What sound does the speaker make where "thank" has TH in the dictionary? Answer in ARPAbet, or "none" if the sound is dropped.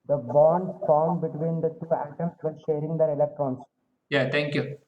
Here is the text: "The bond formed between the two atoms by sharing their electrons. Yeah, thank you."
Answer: T